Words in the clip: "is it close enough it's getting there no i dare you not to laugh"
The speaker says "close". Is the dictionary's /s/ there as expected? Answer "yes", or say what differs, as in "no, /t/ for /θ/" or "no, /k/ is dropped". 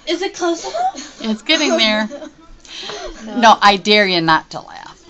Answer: no, /s/ is dropped